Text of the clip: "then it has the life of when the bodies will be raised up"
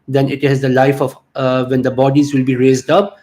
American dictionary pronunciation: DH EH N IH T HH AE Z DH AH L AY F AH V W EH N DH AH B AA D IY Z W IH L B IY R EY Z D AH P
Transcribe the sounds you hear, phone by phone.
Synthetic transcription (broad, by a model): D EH N IH T HH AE Z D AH L AY F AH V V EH N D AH B AA D IY Z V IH L B IY R EY Z D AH P